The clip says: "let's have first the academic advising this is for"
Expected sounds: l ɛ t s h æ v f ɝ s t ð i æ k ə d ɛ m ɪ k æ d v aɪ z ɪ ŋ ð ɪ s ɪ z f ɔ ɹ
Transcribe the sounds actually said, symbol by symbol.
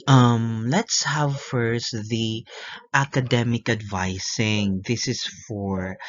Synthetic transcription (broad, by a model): l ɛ t s h æ v f ɝ s t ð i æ k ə d ɛ m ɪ k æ d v aɪ s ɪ ŋ ð ɪ s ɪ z f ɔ ɹ